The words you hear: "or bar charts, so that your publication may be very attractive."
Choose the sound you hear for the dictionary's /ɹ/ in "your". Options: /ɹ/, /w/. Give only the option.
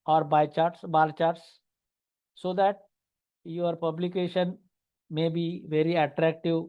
/ɹ/